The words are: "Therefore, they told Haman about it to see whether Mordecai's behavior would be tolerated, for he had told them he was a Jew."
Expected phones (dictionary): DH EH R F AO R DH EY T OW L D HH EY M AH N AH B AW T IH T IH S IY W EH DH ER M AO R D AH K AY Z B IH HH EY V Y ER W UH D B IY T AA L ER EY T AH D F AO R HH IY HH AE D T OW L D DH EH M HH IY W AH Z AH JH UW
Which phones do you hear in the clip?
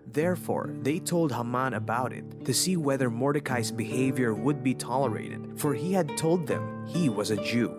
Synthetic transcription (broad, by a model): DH EH R F AO R DH EY T OW L D HH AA M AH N AH B AW T IH T IH S IY W EH DH ER M AO R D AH K AY S B IH HH EY V Y ER W UH D B IY T AA L ER EY T AH D F AO R HH IY HH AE D T OW L D DH EH M HH IY W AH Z AH JH UW